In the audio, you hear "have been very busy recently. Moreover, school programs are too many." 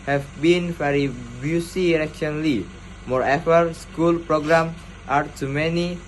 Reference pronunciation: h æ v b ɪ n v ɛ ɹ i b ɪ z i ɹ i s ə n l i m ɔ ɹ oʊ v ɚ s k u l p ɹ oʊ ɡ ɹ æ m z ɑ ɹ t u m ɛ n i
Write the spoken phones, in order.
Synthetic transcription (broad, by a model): h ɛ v b ɪ n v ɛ ɹ i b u s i ɹ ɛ ʃ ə n l i m ɔ ɹ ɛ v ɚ s k u l p ɹ oʊ ɡ ɹ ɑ m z ɑ ɹ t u m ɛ n i